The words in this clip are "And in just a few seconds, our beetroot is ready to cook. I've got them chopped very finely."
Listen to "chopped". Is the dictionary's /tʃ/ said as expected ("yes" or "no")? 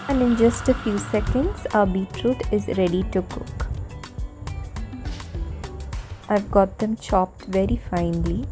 yes